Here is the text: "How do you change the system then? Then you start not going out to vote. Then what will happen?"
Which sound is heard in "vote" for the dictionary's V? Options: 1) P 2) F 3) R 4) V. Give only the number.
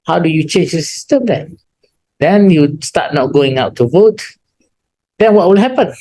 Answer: 4